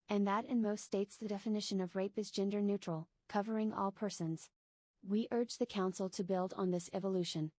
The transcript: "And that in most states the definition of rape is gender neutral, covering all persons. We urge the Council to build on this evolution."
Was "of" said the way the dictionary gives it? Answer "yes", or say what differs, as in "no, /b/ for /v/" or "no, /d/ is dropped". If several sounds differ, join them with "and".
yes